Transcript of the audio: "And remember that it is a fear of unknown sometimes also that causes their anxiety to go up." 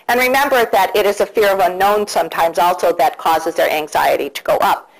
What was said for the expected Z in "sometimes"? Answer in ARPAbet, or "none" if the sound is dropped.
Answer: Z